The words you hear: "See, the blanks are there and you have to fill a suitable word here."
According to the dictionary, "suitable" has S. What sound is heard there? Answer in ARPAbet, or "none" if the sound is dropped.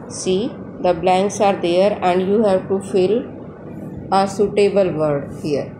S